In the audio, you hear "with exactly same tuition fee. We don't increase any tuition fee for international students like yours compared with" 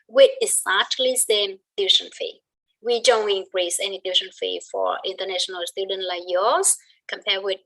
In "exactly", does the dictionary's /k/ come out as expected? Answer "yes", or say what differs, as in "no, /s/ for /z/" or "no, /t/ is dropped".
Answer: no, /k/ is dropped